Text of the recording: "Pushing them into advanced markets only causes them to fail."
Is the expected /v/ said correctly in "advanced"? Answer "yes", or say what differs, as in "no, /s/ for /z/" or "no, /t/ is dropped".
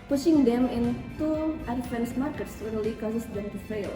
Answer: no, /f/ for /v/